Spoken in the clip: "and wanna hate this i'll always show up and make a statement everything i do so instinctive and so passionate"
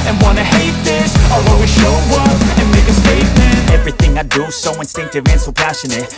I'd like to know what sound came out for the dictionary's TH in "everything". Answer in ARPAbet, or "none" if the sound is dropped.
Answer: TH